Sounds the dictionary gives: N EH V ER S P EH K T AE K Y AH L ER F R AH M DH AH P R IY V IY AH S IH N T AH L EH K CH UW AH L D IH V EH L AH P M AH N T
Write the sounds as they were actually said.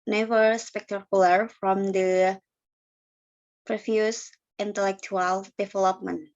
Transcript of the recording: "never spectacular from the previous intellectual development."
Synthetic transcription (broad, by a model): N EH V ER S P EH K T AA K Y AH L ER F R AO M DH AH P R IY F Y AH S IH N T AH L EH K CH UW AH L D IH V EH L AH P M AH N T